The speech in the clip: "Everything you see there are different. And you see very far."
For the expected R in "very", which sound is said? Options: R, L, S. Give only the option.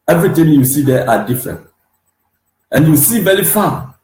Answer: L